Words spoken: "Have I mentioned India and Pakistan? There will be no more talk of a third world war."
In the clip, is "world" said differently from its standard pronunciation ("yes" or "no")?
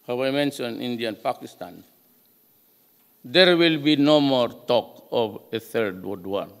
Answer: yes